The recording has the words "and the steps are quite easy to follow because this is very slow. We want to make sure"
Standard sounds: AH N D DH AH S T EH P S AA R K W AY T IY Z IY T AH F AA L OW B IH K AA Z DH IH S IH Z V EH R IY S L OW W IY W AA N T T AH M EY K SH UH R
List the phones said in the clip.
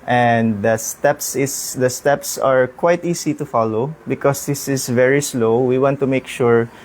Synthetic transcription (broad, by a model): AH N D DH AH S T EH P S AA R K W AY T IY S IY T AH F AA L OW B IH K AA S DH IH S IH S V EH R IY S L OW W IY W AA N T T AH M EY K SH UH R